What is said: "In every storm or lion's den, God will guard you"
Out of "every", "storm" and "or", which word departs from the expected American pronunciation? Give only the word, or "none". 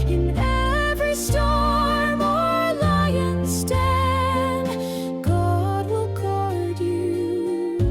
none